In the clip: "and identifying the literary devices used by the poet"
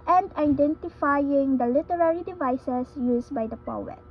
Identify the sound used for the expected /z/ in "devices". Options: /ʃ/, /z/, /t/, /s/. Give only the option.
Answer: /s/